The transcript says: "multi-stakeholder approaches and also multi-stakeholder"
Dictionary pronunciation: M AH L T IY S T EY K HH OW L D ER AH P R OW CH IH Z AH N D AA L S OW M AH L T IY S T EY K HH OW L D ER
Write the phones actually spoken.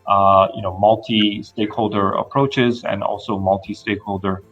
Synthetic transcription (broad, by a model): M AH L T IY S T EY K HH OW L D ER AH P R OW CH IH Z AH N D AA L S OW M AH L T IY S T EY K HH OW L D ER